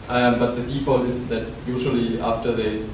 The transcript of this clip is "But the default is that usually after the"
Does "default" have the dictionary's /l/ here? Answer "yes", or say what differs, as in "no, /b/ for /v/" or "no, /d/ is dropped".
yes